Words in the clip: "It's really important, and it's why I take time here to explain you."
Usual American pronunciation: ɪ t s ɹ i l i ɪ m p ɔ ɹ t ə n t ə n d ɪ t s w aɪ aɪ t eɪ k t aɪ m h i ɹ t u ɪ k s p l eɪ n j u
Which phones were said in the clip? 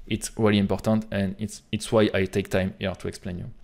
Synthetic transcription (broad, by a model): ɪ t s ɹ i l i ɪ m p ɔ ɹ t ə n t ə n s ɪ t s w aɪ aɪ t eɪ k t aɪ m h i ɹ t u ɪ k s p l eɪ n j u